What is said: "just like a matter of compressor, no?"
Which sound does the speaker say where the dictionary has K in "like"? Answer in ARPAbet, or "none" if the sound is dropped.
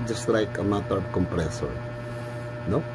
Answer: K